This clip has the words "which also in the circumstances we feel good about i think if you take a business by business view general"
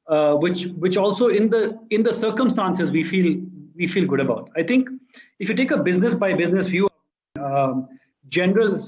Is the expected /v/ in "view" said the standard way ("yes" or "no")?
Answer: no